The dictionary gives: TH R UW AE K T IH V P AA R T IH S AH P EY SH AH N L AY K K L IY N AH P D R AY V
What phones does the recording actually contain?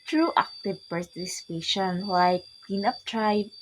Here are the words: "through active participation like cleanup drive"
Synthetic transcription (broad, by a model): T R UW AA K T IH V P AA R T IH S AH P EY SH AH N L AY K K IY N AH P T R AY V